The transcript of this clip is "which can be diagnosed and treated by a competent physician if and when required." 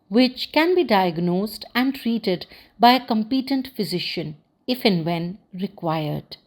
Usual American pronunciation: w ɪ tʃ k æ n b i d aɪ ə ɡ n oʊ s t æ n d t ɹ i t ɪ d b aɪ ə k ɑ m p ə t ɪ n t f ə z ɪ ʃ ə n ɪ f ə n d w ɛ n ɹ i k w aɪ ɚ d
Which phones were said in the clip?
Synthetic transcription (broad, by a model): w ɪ tʃ k æ n b i d aɪ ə ɡ n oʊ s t æ n d t ɹ i t ɪ d b aɪ ə k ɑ m p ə t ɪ n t f ə z ɪ ʃ ə n ɪ f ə n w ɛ n ɹ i k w aɪ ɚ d